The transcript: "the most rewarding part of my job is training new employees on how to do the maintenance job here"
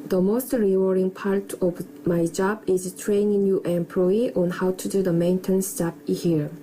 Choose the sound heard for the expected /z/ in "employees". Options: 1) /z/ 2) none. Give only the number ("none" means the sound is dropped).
2